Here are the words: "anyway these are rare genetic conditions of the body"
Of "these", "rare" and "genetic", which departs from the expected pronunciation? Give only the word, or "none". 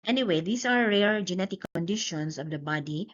these